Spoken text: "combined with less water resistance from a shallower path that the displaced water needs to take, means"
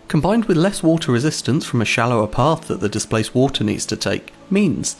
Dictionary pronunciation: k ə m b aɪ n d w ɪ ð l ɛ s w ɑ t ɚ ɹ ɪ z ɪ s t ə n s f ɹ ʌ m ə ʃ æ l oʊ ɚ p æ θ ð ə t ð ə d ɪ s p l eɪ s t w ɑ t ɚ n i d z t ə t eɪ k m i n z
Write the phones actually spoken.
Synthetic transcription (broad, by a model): k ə m b aɪ n d w ɪ ð l ɛ s w ɑ t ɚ ɹ ɪ z ɪ s t ə n s f ɹ ʌ m ə ʃ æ l oʊ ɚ p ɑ θ ð ə t ð ə d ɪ s p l eɪ s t w ɑ t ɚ n i d z t ə t eɪ k m i n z